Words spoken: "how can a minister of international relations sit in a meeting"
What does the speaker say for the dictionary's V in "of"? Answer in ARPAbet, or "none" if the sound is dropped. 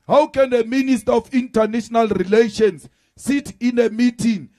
F